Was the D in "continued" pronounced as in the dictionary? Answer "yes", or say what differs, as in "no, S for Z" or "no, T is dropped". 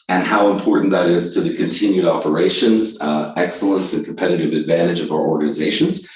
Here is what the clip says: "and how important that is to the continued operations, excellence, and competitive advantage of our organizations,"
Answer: yes